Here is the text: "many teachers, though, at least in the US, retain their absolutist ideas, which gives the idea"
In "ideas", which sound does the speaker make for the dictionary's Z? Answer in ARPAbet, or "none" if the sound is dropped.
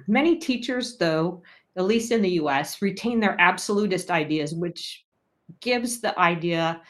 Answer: Z